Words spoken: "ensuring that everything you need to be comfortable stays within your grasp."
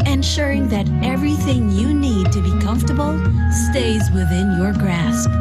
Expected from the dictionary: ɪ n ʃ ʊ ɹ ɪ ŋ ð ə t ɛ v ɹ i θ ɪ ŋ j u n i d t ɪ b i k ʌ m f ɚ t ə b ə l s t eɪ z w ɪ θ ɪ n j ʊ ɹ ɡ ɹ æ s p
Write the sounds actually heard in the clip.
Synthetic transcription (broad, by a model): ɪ n ʃ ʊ ɹ ɪ ŋ ð ə t ɛ v ɹ i θ ɪ ŋ j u n i d t ɪ b i k ʌ m f t ə b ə l s t eɪ z w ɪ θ ɪ n j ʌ ɹ ɡ ɹ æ s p